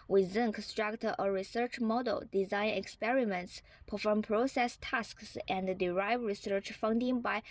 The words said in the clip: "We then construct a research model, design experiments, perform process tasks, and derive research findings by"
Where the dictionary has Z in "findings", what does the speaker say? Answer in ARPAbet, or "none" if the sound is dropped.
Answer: none